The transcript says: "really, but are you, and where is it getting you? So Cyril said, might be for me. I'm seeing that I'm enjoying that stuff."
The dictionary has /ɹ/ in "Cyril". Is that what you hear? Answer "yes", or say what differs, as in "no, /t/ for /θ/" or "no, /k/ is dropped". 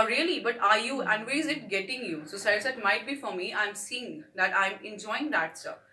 no, /ɹ/ is dropped